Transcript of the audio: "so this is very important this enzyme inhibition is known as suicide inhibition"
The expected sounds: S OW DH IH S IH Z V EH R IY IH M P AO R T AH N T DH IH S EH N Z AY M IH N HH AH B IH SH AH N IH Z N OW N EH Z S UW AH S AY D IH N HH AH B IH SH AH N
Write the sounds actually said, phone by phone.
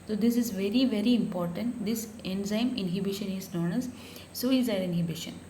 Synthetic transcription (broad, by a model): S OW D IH S IH Z V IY R IY IH M P AO R T AH N T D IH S EH N Z AY M IH N HH AH B IH SH AH N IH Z N OW N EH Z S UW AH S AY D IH N HH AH B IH SH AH N